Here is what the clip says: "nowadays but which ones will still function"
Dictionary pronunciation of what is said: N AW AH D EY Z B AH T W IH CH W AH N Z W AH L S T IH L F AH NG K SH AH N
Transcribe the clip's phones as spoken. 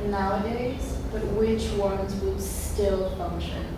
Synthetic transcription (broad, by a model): N AW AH D EY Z B AH T W IH CH W AH N Z W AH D S T IH L F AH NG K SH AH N